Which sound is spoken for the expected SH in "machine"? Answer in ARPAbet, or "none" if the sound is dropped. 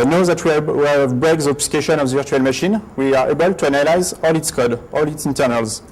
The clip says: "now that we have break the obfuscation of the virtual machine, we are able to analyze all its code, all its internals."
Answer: SH